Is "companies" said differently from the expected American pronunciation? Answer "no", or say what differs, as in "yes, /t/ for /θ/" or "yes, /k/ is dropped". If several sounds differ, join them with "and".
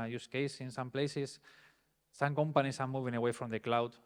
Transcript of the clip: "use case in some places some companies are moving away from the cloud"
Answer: yes, /s/ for /z/